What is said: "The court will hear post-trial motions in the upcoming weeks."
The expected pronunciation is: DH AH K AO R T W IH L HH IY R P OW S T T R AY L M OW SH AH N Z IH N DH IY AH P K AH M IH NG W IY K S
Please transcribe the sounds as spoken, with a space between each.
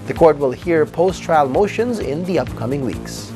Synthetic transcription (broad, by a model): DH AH K AO R T W IH L HH IY R P OW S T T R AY L M OW SH AH N Z IH N DH IY AH P K AH M IH NG W IY K S